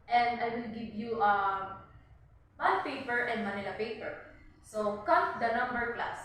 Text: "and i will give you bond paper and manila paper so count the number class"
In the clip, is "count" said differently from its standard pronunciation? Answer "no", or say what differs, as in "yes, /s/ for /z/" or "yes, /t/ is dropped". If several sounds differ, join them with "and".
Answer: yes, /n/ is dropped